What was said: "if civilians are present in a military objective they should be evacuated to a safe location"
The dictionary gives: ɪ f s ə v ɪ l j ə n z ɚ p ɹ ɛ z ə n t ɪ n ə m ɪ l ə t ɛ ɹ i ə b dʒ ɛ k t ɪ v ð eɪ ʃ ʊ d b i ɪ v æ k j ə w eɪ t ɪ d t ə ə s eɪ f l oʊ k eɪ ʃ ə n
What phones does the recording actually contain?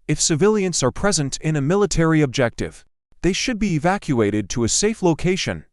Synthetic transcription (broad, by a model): ɪ f s ə v ɪ l j ə n z ɚ p ɹ ɛ z ə n t ɪ n ə m ɪ l ə t ɛ ɹ i ə b dʒ ɛ k t ɪ v ð eɪ ʃ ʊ d b i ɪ v æ k j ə eɪ t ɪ d t ə ə s eɪ f l oʊ k eɪ ʃ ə n